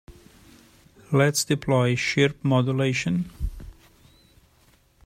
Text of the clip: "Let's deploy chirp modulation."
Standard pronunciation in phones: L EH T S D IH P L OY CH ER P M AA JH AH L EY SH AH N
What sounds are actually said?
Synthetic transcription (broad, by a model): L EH T S D IH P L OY SH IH P M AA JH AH L EY SH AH N